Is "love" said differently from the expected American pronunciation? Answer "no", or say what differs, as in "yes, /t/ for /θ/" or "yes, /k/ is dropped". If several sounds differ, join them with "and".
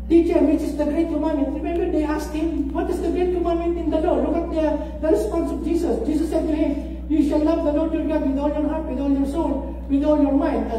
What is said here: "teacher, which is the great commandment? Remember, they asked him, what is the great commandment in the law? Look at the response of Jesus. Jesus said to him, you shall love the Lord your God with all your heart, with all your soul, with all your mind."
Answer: no